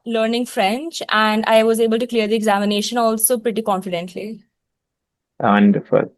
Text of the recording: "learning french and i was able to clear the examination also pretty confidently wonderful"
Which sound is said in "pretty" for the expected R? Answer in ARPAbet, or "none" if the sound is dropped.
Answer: R